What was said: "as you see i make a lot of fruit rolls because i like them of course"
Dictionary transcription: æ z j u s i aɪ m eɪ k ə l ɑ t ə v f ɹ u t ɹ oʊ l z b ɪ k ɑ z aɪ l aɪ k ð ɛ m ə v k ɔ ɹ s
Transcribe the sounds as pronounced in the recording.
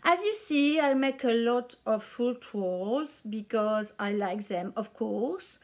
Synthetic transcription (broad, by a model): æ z j u s i aɪ m eɪ k ə l ɑ t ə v f u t w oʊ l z b ɪ k ɑ z aɪ l aɪ k ð ɛ m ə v k ɔ ɹ s